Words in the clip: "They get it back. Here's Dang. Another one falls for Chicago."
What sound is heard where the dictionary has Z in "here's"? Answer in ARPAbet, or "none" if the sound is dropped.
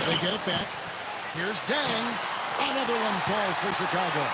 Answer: Z